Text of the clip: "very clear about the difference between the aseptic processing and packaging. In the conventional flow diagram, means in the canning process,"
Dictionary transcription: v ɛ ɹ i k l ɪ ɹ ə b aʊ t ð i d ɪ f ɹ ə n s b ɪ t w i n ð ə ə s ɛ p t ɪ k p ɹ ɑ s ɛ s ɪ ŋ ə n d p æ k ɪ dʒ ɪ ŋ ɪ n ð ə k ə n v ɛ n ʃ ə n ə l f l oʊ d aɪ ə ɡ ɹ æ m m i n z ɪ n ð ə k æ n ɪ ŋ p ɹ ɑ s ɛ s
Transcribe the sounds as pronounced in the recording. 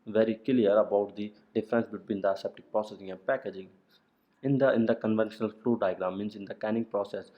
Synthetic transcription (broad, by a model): v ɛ ɹ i k l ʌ ɹ ə b aʊ t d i d ɪ f ɹ ə n s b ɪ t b i n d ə ə s ɛ p t ɪ k p ɹ ɑ s ɛ s ɪ ŋ ə n d p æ k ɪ dʒ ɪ ŋ ɪ n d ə k ə n v ɛ n ʃ ə n ə l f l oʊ d aɪ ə ɡ ɹ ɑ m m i n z ɪ n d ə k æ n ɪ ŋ p ɹ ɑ s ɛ s